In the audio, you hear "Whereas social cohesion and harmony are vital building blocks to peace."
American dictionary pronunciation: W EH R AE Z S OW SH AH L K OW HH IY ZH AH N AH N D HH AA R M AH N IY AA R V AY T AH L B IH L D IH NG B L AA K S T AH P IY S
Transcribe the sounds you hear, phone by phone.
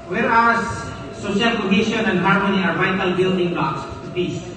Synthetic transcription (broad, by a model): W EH R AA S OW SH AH L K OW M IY SH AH N AH N D HH AA R M AH N IY AA R V AY T AH L B IH L D IH NG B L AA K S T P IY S